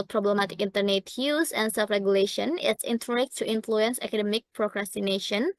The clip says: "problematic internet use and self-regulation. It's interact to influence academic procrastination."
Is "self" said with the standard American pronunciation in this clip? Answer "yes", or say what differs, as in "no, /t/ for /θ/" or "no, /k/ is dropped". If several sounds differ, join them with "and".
no, /l/ is dropped